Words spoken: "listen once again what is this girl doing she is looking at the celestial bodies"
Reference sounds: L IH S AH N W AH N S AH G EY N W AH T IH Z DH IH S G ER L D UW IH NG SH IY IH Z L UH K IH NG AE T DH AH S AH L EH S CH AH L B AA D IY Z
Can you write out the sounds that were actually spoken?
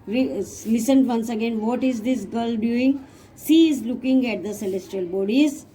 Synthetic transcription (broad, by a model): L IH S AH N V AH N S AH G EY N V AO T IH Z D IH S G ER L D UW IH NG S IY IH Z L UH K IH NG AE T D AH S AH L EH S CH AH L B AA D IY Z